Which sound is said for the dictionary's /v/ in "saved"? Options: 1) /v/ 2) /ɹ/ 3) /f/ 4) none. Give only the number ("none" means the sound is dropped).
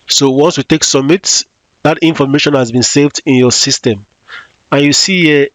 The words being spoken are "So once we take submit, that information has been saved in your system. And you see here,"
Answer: 1